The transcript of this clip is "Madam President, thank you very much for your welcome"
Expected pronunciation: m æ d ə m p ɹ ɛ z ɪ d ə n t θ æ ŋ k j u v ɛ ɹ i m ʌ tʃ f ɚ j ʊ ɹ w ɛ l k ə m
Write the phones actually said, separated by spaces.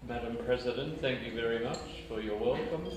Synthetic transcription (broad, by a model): m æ d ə m p ɹ ɛ z ɪ d ə n t θ æ ŋ k j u v ɛ ɹ i m ʌ tʃ f ɚ j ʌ ɹ w ɛ l k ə m